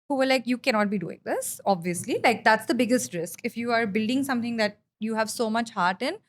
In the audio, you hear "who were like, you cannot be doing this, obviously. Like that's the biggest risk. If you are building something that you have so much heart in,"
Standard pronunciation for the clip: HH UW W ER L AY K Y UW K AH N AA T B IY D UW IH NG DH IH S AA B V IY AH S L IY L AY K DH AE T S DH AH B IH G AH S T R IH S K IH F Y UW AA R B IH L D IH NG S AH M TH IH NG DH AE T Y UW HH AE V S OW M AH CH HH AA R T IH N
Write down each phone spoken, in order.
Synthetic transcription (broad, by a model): HH UW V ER L AY K Y UW K AH N AA T B IY D UW IH NG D IH S AA B V IY AH S L IY L AY K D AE T S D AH B IH G AH S T R IH S K IH F Y UW AA R B IH L D IH NG S AH M T IH NG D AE T Y UW HH AE V S OW M AH CH HH AA R T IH N